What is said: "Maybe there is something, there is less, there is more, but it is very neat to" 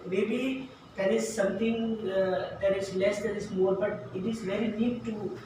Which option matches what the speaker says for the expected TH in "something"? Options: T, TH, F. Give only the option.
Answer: T